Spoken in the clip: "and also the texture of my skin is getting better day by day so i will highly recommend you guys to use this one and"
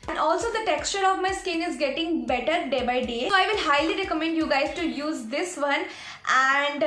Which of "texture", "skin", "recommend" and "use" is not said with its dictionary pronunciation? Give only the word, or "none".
none